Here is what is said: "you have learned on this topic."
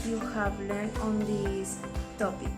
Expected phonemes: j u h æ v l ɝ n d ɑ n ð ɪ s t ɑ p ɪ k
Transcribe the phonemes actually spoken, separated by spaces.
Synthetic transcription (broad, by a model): j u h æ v l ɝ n ɑ n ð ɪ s t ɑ p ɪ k